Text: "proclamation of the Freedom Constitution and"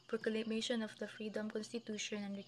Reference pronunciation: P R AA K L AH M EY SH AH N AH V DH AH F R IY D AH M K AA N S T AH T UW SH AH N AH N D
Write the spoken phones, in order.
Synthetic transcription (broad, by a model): P R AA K L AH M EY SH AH N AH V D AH F R IY D AH M K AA N S T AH T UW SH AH N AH N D